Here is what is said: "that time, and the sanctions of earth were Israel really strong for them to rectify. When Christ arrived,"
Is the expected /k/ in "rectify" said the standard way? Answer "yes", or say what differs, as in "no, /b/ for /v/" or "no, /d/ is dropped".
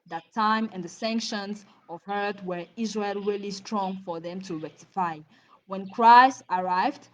yes